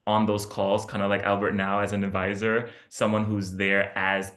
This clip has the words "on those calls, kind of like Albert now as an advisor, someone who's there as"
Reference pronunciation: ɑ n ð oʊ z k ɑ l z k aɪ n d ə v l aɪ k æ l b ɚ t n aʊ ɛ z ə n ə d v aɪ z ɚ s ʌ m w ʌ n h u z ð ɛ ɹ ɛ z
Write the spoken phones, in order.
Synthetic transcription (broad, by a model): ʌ n ð oʊ z k ɑ l z k aɪ n d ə l aɪ k æ l b ɚ t n aʊ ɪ z ə n ə d v aɪ z ɚ s ʌ m w ʌ n h u z ð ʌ ɹ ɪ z